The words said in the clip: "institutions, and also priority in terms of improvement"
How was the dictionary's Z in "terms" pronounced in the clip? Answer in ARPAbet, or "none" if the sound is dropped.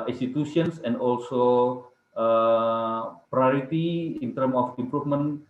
none